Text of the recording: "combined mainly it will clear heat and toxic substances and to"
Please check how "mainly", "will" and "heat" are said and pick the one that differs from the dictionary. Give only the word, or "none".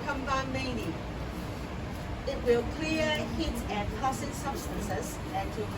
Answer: mainly